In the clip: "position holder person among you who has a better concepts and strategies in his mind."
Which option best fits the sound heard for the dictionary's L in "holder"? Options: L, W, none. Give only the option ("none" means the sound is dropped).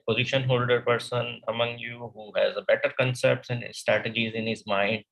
L